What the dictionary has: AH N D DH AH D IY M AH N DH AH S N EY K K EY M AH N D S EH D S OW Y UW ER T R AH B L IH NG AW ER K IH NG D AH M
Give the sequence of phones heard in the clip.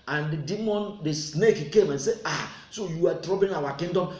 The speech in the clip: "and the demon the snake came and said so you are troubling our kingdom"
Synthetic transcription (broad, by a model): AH N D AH D IY M AH N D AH S N EY K K EY M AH N S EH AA S OW Y UW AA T R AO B IH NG AW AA K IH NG D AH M